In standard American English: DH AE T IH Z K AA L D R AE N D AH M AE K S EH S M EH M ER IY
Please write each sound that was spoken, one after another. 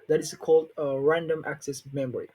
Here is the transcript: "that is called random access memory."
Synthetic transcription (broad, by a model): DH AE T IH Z K AA L D R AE N D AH M AE K S EH S M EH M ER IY